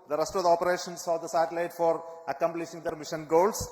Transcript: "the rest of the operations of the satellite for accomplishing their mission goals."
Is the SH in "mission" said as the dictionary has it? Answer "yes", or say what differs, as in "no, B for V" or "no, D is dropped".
yes